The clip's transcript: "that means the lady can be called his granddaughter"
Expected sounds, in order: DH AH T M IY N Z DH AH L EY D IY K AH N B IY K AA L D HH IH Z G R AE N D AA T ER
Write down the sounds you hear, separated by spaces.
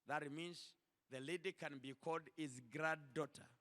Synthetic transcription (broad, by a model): DH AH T M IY N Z DH AH L EY D IY K AH N B IY K AA L D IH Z G R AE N D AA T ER